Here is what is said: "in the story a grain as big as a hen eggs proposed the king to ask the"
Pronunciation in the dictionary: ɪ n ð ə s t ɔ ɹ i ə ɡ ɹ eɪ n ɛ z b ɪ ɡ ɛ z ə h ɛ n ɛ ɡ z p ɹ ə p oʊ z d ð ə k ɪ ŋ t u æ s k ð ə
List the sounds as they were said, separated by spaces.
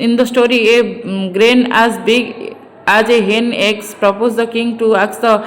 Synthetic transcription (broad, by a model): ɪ n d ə s t ɔ ɹ i ə ɡ ɹ eɪ n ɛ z b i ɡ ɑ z ə h ɛ n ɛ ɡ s p ɹ ə p oʊ z d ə k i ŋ t u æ k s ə